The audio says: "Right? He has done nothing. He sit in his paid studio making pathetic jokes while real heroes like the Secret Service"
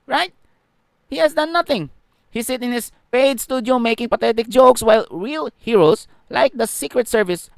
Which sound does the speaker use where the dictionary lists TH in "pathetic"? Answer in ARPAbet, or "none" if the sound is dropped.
T